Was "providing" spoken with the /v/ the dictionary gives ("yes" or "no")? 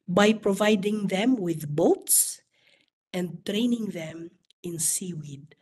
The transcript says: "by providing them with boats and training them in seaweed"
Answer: yes